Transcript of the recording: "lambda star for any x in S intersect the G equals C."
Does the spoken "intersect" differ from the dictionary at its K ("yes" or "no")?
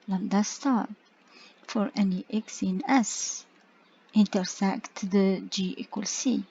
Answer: no